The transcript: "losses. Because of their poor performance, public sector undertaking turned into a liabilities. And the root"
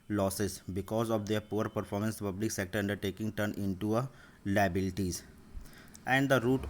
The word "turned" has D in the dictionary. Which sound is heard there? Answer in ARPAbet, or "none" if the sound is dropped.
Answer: none